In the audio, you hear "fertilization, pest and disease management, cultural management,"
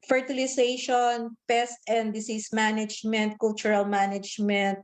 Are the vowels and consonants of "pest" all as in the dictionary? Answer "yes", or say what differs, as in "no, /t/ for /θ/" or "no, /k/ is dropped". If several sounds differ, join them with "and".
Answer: yes